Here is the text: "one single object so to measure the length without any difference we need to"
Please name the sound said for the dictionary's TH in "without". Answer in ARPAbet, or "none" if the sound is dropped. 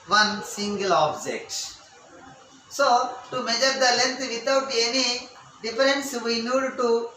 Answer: T